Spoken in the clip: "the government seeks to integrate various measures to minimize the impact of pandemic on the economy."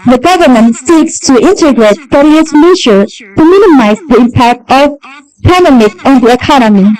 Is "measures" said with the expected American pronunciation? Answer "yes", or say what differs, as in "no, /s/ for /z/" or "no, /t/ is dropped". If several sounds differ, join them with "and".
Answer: no, /z/ is dropped